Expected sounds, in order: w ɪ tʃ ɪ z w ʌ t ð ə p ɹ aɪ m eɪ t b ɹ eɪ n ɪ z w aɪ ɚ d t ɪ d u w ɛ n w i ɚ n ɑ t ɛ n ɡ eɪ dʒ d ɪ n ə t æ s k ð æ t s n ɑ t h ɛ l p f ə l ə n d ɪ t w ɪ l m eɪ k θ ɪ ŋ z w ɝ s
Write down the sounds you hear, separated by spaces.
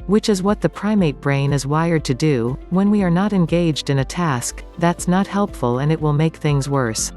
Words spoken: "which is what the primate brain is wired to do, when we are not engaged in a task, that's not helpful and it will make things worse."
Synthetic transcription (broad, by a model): w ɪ tʃ ɪ z w ʌ t ð ə p ɹ aɪ m eɪ t b ɹ eɪ n ɪ z w aɪ ɚ d t ɪ d u w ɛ n w i ɚ n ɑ t ɛ n ɡ eɪ dʒ d ɪ n ə t æ s k ð æ t s n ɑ t h ɛ l p f ə l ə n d ɪ t w ɪ l m eɪ k θ ɪ ŋ z w ɝ s